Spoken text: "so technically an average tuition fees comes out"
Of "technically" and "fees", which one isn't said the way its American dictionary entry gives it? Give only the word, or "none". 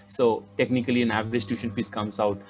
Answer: fees